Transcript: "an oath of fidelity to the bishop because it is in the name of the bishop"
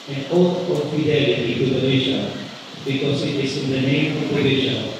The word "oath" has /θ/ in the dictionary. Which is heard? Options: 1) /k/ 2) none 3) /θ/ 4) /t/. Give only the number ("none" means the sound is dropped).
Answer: 4